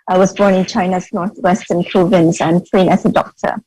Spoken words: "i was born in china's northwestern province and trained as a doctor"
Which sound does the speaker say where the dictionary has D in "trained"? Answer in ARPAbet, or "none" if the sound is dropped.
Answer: none